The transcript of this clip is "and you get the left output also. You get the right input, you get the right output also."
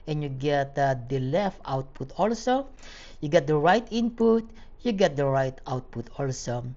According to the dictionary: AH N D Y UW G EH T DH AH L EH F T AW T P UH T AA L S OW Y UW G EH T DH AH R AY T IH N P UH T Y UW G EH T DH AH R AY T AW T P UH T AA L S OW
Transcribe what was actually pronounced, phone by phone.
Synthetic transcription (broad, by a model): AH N Y UW G EH T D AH L EH F T AW T P UH T AA L S OW Y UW G EH T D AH R AY T IH N P UH T Y UW G EH T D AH R AY T AW T P UH T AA L S OW